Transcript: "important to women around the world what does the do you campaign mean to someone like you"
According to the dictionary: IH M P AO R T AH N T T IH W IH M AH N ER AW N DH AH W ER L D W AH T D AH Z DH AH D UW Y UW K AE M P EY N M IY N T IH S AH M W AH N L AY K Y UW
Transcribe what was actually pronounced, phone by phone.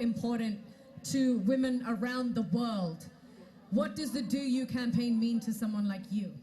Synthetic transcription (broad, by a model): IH M P AO R T N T T IH W IH M AH N ER AW N DH AH W ER L D W AH T D AH Z DH AH D UW Y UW K AE M P EY N M IY N T IH S AH M W AH N L AY K Y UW